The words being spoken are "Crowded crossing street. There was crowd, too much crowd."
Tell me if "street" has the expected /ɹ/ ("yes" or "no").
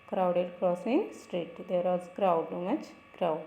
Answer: yes